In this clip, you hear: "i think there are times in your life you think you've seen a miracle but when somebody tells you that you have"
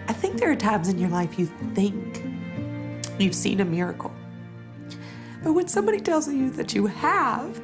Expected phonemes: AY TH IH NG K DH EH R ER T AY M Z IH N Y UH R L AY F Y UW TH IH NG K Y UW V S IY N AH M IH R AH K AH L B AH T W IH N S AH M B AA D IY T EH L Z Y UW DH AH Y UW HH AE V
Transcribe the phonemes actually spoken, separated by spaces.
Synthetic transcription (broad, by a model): AY TH IH NG K DH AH R T AY M Z IH N Y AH R L AY F Y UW TH IH NG K Y UW V S IY N AH M IH R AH K L B AH T W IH N S AH M B AA D IY T EH L Z Y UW DH AH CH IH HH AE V